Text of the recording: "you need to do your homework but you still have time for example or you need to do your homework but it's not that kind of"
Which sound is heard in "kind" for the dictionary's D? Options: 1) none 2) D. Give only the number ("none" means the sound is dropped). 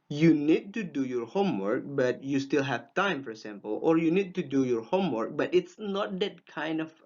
2